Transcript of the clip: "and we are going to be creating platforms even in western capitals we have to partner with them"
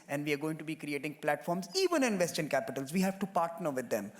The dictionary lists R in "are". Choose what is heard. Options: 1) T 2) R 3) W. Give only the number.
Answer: 2